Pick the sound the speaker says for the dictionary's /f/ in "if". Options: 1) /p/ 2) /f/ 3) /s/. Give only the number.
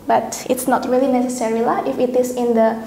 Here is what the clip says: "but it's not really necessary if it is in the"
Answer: 2